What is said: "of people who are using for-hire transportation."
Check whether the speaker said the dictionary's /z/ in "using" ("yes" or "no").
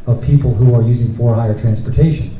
yes